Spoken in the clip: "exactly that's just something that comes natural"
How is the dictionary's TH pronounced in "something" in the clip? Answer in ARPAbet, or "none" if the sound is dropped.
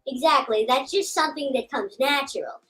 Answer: TH